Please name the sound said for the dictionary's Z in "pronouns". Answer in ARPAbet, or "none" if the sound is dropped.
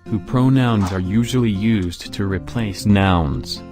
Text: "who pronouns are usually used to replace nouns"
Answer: Z